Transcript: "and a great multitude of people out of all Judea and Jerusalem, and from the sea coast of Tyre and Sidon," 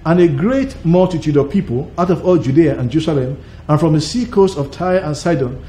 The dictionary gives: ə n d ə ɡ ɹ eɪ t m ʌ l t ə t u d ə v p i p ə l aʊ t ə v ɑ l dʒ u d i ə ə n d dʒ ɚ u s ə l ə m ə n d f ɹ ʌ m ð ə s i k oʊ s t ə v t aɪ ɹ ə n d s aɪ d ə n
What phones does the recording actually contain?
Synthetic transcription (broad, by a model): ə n ə ɡ ɹ eɪ t m ʌ l t ə t u d ə v p i p ə l aʊ t ə v ɑ l dʒ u d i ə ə n dʒ ɚ u s ə l ə m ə n f ɹ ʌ m ð ə s i k oʊ s t ə v t aɪ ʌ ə n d s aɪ d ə n